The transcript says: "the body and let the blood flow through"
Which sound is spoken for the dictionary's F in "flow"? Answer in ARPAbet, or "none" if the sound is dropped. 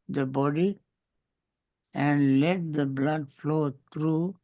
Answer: F